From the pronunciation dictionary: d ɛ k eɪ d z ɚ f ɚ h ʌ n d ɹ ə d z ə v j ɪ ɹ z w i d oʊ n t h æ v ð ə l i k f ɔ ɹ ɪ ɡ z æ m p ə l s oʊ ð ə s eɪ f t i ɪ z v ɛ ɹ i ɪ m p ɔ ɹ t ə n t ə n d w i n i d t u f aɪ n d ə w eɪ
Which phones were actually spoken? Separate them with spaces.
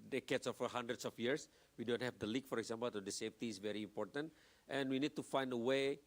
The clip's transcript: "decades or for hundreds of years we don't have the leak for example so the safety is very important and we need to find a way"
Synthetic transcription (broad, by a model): d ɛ k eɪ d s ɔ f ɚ h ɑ n d ɹ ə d s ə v j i ɹ s w i d oʊ n t h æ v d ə l i k f ɔ ɹ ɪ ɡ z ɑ m p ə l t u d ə s eɪ f t i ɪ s v ɛ ɹ i m p ɔ ɹ t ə n t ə n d w i n i d t u f aɪ n d ə w eɪ